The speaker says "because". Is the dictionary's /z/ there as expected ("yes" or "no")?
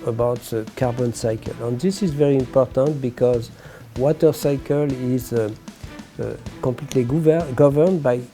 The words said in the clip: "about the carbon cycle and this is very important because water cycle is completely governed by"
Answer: yes